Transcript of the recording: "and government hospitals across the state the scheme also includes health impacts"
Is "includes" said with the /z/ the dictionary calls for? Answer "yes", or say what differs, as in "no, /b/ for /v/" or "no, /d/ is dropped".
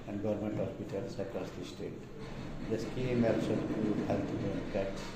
no, /z/ is dropped